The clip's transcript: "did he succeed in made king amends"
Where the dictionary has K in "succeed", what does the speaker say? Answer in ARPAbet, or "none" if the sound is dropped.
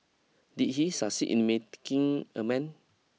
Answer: none